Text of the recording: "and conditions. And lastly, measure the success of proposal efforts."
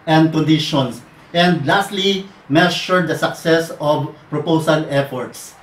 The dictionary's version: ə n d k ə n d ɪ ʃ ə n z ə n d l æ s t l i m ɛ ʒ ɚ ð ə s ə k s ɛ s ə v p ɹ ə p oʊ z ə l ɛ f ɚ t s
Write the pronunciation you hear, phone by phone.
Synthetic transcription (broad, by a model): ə n d k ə n d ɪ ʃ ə n s ə n d l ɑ s t l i m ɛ ʃ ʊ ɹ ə s ə k s ɛ s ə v p ɹ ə p oʊ s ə l ɛ f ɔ t s